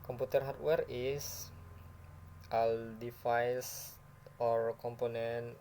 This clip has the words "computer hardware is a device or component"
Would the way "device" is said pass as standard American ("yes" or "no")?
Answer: no